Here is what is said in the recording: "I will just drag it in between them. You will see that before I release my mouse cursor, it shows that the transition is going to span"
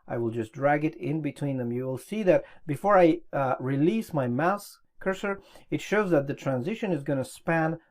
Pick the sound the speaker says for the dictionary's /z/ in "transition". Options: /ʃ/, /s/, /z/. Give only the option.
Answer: /z/